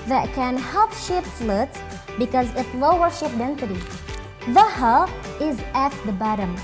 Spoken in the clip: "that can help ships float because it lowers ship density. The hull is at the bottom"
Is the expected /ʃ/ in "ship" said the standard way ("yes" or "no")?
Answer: yes